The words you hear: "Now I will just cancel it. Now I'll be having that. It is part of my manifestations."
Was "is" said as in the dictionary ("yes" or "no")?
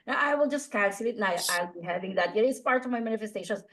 no